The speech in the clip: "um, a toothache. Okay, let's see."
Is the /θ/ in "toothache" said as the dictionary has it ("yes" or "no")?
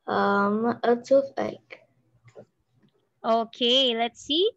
no